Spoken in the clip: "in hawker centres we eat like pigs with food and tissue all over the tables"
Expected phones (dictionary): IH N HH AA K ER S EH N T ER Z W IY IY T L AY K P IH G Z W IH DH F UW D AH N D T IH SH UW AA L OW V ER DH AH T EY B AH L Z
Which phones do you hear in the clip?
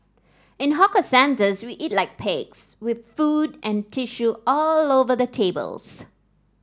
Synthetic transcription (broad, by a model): IH N HH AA K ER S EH N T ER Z W IY IY T L AY K P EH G S W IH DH F UW D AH N T IH SH UW AA L OW V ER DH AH T EY B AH L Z